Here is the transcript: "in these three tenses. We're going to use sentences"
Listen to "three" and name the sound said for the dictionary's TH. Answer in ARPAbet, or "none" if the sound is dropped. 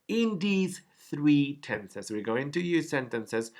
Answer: TH